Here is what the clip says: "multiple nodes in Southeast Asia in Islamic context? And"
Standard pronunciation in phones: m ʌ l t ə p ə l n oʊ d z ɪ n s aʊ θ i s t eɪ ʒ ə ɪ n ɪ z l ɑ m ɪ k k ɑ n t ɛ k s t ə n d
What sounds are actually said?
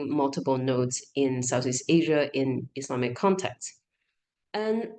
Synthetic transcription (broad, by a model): m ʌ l t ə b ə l n oʊ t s ɪ n s aʊ θ i s t eɪ ʒ ə ɪ n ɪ s l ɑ m ɪ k k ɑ n t ɛ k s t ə n